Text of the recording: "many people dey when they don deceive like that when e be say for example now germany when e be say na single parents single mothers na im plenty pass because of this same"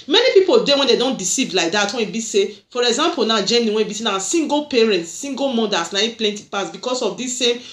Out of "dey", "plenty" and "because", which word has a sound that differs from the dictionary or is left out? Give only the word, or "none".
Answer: because